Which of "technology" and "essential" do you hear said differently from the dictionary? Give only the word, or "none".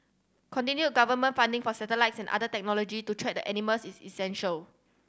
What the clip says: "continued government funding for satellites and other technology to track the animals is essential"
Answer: none